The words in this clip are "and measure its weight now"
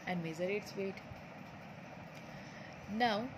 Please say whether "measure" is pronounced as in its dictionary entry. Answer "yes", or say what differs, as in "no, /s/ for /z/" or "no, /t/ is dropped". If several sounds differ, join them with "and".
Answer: no, /z/ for /ʒ/